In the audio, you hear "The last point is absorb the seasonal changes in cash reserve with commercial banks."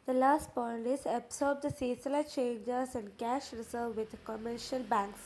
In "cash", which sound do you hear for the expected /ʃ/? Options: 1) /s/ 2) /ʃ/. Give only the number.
2